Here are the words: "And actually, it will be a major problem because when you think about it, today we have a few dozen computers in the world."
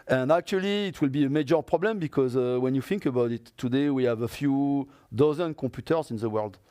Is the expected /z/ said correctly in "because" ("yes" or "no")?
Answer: yes